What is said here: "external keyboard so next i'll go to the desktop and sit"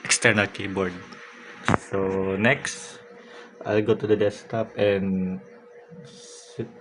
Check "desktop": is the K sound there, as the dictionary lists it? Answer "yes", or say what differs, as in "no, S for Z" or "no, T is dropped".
no, K is dropped